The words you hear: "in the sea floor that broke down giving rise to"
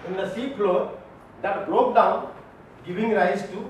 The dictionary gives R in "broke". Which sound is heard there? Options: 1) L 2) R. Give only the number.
1